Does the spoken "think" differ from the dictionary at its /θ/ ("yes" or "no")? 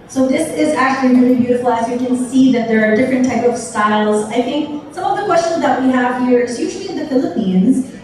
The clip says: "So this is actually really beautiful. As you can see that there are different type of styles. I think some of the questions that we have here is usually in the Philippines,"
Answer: no